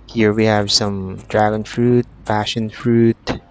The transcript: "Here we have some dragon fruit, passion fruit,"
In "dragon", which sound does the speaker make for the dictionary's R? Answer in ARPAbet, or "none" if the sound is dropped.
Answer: R